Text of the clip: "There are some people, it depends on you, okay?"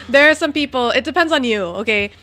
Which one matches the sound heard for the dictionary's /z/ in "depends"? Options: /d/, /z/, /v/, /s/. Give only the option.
/z/